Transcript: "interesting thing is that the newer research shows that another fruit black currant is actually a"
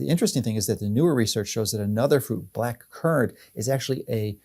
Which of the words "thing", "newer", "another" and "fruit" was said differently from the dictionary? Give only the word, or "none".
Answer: none